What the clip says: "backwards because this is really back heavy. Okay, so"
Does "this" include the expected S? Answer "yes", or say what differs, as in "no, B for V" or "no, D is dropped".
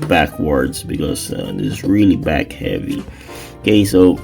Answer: no, S is dropped